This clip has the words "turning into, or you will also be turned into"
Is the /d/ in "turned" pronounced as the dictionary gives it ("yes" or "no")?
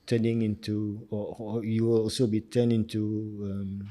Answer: no